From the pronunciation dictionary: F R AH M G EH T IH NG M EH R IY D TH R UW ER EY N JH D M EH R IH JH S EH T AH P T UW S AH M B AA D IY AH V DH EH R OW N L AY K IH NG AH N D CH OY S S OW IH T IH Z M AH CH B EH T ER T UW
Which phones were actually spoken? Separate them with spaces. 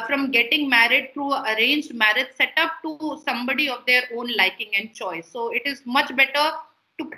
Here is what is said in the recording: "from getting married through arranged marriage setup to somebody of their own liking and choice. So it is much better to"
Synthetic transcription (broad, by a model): F R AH M G EH T IH NG M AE R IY D T R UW ER EY N JH D M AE R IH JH S EH T AH P T UW S AH M B AA D IY AH V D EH R OW N L AY K IH NG AH N D CH OY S S OW IH T IH Z M AH CH B EH T ER T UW